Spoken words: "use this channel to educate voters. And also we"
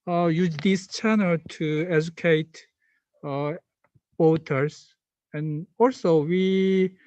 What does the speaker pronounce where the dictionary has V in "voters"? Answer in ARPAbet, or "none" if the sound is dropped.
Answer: W